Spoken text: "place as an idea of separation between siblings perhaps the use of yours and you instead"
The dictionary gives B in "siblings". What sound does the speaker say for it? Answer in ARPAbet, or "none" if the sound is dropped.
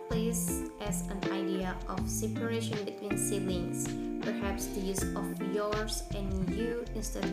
none